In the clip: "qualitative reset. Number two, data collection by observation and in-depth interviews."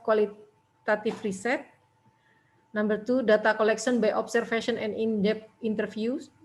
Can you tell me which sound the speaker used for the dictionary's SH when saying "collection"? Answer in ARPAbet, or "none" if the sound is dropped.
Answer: S